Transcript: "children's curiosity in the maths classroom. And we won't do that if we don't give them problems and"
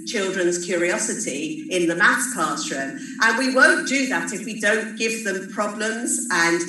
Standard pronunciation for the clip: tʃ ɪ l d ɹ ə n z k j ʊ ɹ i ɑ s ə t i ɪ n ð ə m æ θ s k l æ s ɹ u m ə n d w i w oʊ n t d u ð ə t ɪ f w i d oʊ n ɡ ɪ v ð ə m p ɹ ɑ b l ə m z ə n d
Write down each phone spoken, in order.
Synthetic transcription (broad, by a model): tʃ ɪ l d ɹ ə n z k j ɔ ɹ i ɑ s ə t i ɪ n ð ə m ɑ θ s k ɑ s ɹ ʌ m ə n w i w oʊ n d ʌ ð ə t ɪ f w i d oʊ n ɡ ɪ v ð ə m p ɹ ɑ b l ə m z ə n